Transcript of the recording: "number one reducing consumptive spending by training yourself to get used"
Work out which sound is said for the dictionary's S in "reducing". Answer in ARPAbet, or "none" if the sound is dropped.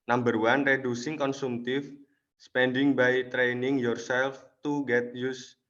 S